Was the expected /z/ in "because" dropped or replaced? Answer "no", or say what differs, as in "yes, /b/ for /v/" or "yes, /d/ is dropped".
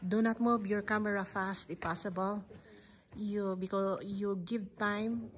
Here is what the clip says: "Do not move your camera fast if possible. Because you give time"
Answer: yes, /z/ is dropped